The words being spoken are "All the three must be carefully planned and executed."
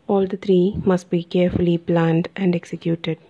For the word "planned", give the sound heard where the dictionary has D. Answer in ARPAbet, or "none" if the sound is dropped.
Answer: D